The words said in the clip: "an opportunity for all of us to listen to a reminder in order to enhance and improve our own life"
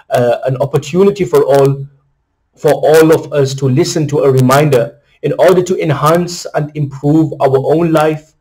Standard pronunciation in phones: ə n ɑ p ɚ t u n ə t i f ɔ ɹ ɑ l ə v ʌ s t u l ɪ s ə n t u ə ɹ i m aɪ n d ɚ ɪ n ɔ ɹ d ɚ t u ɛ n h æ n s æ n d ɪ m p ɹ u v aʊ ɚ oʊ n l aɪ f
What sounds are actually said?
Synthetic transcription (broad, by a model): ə n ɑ p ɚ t u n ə t i f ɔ ɹ ɑ l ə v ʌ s t u l ɪ s ə n t u ə ɹ i m aɪ n d ɚ ɪ n ɔ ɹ d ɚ t u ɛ n h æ n s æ n d ɪ m p ɹ u v aʊ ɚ oʊ n l aɪ f